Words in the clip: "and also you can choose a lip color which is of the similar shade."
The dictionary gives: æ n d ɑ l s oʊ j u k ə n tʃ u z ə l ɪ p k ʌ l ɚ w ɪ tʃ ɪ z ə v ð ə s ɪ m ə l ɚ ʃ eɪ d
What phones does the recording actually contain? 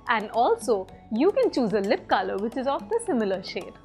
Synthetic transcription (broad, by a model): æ n d ɑ l s oʊ j u k ə n tʃ u z ə l ɪ p k ʌ l ɚ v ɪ tʃ ɪ z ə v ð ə s ɪ m ə l ɚ ʃ eɪ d